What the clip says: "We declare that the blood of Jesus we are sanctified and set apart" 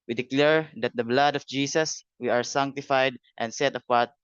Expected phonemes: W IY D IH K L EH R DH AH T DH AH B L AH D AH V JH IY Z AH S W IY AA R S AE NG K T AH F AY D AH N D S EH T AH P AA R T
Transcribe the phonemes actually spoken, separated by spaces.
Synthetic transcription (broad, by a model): W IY D IH K L EH R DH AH T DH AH B L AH D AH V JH IY S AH S W IY AA R S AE NG K T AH F AY D AH N D S EH T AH P AA R T